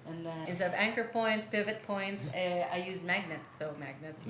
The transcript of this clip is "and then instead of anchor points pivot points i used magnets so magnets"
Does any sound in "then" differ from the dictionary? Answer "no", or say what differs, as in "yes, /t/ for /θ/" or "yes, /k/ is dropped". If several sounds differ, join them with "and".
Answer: yes, /n/ is dropped